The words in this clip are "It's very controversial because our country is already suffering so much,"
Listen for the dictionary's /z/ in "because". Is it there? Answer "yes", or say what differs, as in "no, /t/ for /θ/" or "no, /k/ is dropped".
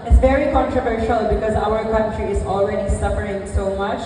yes